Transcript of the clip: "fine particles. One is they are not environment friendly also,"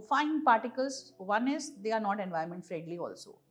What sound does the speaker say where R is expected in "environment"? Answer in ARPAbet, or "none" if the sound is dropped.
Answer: none